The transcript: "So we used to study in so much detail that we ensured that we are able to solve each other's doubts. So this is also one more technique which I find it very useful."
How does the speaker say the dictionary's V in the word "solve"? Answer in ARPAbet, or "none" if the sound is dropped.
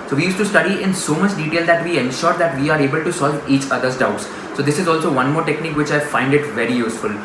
V